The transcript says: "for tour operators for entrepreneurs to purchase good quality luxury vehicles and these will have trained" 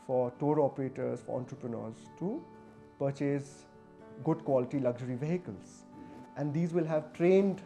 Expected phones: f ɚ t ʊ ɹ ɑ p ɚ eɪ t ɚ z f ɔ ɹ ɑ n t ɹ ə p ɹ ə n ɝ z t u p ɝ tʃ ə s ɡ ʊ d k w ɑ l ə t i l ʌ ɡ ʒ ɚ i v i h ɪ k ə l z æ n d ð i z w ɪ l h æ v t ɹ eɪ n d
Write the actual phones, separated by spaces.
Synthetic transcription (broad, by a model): f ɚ t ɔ ɹ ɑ p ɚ eɪ t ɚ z f ɔ ɹ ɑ n t ɹ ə p ɹ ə n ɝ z t u p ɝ tʃ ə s ɡ ʊ d k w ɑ l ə t i l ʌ ɡ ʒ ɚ i v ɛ h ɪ k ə l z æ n d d i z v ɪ l h æ v t ɹ eɪ n d